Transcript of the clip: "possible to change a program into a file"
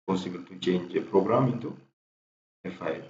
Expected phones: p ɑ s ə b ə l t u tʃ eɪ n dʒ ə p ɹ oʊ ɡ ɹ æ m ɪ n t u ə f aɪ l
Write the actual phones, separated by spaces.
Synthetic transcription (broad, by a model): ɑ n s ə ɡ t u tʃ eɪ n dʒ ə p ɹ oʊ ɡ ɹ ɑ m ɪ t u ə f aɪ